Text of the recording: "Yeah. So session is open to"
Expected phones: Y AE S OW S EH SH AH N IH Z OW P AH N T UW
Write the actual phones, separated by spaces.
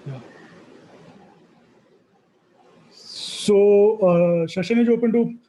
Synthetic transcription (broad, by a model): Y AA S OW SH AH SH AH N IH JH OW P AH N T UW